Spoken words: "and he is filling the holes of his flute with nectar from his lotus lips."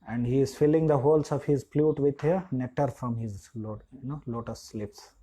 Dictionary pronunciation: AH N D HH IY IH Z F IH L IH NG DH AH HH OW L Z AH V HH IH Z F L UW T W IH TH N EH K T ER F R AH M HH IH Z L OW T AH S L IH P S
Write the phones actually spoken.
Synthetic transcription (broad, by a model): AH N D HH IY IH Z F IH L IH NG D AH HH OW L S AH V HH IH Z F L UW T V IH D N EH T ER F R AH M HH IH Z L OW T AH S L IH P S